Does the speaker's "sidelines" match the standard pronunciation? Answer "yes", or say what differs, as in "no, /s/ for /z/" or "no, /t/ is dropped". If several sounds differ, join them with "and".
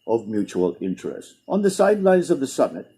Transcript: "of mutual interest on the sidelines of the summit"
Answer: yes